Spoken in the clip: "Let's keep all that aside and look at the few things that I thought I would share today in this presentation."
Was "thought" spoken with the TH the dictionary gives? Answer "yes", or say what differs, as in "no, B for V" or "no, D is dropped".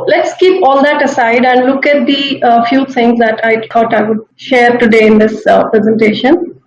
no, T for TH